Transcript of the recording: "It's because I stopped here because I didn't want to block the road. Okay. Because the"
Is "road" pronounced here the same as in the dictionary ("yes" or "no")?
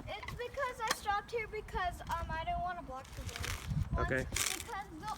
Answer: no